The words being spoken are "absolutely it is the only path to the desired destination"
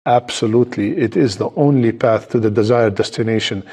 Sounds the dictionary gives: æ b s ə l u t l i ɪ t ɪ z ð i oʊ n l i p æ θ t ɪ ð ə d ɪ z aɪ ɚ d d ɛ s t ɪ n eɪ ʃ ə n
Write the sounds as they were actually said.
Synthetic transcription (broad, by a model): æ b s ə l u t l i ɪ t ɪ z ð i oʊ n l i p æ θ t ɪ ð ə d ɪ z aɪ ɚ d d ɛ s t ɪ n eɪ ʃ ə n